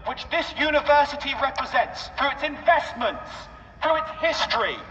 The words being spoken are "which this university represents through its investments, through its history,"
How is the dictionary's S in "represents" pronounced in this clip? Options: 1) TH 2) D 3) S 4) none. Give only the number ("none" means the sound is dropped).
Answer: 3